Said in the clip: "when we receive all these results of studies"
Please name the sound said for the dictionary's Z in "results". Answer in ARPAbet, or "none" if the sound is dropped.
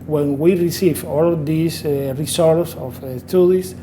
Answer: S